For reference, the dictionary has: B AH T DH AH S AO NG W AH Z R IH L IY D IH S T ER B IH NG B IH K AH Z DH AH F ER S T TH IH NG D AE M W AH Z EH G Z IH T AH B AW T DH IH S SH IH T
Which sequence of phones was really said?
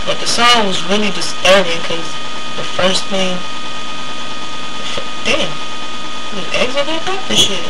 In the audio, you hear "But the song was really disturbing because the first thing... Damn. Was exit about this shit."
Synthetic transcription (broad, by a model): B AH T DH AH S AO W AH Z R IH L IY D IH S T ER IH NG K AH Z DH AH F ER S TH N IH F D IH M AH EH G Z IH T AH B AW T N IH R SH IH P